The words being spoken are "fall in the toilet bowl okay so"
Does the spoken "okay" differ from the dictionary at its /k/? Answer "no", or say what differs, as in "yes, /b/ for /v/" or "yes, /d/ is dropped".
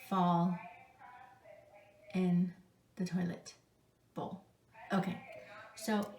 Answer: no